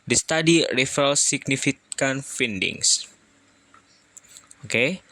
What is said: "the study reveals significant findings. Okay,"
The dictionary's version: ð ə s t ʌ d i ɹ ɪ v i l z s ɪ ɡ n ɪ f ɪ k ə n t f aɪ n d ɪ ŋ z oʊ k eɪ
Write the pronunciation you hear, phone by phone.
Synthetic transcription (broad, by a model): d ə s t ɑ d i ɹ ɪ f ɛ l s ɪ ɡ n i f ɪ k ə n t f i n d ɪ ŋ s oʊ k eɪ